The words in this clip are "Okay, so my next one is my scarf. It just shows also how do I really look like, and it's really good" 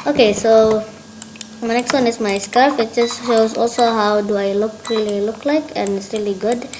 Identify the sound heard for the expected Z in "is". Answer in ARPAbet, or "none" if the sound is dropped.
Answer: S